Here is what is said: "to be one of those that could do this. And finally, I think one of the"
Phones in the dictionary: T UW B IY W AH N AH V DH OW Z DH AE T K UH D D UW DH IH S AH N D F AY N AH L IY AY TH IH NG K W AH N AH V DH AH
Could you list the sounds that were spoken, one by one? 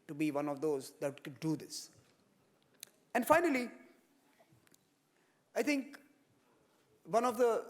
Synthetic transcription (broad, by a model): T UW B IY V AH N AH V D OW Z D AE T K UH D D UW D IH S AH N D F AY N AH L IY AY T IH NG K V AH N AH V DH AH